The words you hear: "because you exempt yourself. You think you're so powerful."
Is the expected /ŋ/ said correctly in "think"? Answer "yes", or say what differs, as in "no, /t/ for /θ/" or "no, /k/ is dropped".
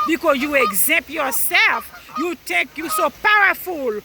no, /ŋ/ is dropped